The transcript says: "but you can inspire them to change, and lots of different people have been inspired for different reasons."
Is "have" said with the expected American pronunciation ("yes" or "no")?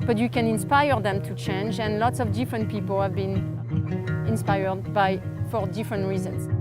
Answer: yes